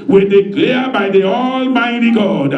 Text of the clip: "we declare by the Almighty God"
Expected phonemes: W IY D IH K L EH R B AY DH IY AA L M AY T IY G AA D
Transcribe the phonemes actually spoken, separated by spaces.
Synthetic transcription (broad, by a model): W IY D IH K L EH B AY DH IY AA L M AY T IY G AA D